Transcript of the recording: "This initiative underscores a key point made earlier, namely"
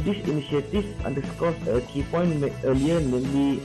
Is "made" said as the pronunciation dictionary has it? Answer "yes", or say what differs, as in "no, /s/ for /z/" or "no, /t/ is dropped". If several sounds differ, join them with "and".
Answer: no, /d/ is dropped